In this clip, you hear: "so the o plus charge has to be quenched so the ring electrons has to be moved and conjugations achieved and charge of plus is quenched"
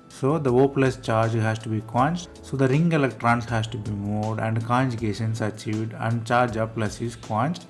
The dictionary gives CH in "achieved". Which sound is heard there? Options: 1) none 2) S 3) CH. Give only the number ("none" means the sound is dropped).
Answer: 3